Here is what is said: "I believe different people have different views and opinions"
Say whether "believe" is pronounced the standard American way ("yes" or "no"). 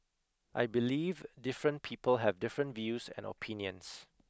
yes